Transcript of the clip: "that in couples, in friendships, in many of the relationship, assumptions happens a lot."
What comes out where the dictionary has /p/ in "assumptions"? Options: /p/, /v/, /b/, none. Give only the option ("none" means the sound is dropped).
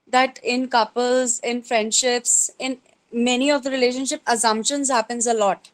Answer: /p/